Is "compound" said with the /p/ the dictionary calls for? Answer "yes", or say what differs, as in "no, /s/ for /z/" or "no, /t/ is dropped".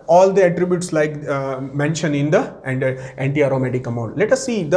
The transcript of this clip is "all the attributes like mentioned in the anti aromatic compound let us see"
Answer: no, /p/ is dropped